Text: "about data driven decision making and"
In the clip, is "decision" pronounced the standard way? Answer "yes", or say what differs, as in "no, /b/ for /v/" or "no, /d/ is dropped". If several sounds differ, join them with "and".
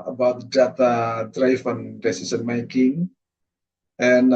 no, /s/ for /ʒ/